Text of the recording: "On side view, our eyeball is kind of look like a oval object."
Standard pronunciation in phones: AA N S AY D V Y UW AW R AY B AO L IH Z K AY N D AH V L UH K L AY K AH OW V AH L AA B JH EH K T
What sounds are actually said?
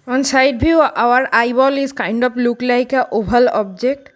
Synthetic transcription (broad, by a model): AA N S AY D B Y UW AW R AY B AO L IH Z K AY N D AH P L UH K L AY K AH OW B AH L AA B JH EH K T